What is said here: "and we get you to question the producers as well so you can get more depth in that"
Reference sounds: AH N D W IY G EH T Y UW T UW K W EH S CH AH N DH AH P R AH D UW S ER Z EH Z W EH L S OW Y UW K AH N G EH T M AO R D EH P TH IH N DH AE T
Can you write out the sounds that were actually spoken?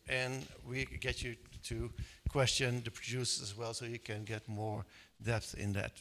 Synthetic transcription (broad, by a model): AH N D W IY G EH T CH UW T UW K W EH S CH AH N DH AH P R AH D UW S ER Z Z W EH L S OW Y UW K AH N G EH T M AO R D EH P TH IH N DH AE T